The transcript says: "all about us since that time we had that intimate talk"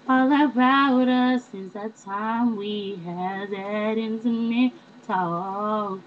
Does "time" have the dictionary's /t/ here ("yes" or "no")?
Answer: yes